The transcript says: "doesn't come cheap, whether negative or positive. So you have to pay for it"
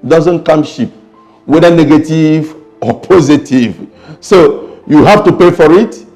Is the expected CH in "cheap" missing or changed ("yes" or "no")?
yes